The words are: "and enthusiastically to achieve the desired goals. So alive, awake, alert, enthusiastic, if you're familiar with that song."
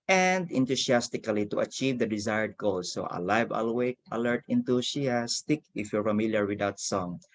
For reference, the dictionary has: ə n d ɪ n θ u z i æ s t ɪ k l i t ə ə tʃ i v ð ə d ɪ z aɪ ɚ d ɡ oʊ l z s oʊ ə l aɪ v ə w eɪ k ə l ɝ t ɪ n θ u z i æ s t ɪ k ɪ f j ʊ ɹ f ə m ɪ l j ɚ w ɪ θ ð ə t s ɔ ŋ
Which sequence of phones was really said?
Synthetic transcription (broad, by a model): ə n d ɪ n t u s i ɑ s t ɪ k l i t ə ə tʃ i v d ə d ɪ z aɪ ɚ d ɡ oʊ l s oʊ ə l aɪ v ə w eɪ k ə l ɝ t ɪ n t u s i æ s t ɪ k ɪ f j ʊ ɹ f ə m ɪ l j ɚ w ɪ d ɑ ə t s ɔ ŋ